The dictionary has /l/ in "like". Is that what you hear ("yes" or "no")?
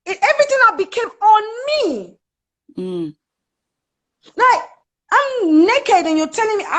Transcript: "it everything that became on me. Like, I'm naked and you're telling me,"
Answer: no